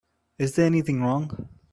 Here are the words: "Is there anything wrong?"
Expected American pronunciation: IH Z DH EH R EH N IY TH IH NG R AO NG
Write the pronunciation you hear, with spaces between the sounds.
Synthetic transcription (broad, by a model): IH Z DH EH R EH N IY TH IH NG R AO NG